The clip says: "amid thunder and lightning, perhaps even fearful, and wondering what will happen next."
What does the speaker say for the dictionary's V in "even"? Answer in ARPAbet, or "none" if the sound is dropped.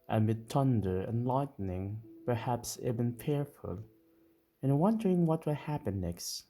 B